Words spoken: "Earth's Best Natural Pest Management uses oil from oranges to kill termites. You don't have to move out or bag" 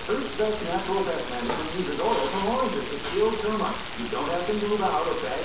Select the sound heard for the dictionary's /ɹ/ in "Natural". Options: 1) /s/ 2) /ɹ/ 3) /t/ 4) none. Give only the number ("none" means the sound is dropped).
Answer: 4